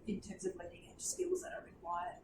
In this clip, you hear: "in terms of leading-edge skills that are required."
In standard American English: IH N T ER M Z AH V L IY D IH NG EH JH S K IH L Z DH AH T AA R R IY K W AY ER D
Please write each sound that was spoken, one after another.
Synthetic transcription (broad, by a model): IH N T ER M Z AH V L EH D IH NG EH S K IH L Z DH AH T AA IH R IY K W AY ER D